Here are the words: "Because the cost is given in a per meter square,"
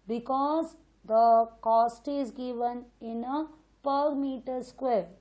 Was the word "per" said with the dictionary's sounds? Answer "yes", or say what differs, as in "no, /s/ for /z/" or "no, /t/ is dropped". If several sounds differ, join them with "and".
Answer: yes